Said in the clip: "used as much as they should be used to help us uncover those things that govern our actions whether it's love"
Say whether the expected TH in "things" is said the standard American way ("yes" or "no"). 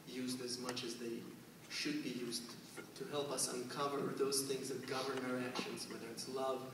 yes